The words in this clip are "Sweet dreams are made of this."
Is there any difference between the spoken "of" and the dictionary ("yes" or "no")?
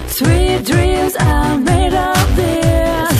yes